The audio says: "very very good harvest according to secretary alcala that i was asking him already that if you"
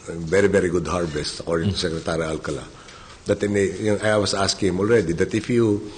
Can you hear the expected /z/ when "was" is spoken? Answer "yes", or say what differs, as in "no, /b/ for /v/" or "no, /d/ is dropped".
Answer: no, /s/ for /z/